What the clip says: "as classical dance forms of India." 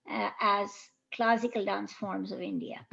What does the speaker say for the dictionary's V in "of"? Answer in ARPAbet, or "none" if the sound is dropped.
V